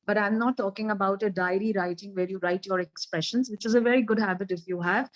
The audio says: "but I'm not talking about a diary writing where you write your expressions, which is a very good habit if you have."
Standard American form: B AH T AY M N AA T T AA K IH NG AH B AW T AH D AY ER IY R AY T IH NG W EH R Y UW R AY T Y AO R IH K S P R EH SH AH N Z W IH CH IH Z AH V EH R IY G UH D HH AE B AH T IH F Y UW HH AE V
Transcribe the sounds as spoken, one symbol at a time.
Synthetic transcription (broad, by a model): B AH T AY M N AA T T AA K IH NG AH B AW T AH D AY ER IY R AY T IH NG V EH R Y UW R AY T Y AO R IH K S P R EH SH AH N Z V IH CH IH Z AH V EH R IY G UH D HH AE B AH T IH F Y UW HH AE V